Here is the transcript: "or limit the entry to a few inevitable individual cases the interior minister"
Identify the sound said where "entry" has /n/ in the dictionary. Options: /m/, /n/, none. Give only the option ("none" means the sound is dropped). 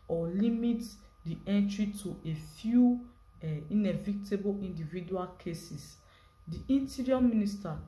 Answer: /n/